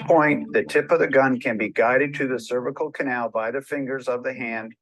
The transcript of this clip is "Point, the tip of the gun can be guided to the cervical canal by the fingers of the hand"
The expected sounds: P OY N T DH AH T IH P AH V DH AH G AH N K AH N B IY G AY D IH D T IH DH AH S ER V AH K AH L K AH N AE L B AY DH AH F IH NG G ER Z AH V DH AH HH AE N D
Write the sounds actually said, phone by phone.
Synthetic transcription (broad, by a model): P OY N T DH AH T IH P AH V DH AH G AH N K AH N B IY G AY D IH D T IH DH AH S ER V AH K L K AH N AE L B AY DH AH F IH NG G ER Z AH V DH AH HH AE N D